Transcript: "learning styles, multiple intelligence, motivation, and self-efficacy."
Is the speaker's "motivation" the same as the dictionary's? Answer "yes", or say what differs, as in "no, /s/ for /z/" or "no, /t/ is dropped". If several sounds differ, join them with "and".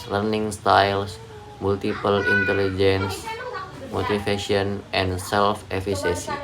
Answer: no, /f/ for /v/